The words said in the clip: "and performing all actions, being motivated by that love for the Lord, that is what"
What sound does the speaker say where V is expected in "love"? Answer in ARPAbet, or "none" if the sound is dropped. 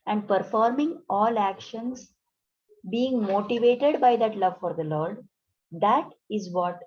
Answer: V